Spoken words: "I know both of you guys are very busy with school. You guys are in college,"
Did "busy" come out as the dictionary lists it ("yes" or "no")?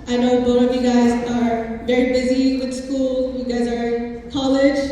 yes